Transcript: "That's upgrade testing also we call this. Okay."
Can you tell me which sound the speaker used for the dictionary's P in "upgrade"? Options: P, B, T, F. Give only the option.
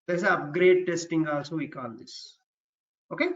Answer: P